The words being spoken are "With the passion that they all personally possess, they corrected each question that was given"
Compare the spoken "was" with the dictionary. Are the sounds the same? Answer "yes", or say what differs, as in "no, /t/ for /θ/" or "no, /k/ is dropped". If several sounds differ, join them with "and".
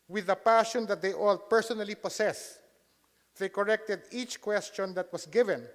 no, /s/ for /z/